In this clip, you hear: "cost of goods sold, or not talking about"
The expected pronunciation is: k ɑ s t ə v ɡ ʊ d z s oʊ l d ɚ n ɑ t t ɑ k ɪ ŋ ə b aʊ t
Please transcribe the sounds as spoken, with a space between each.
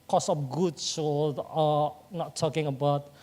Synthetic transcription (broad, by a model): k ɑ s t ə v ɡ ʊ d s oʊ d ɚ n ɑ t t ɑ k ɪ ŋ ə b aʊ t